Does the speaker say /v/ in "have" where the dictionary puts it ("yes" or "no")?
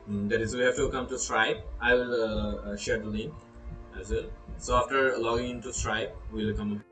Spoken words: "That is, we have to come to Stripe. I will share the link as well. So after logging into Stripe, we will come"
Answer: no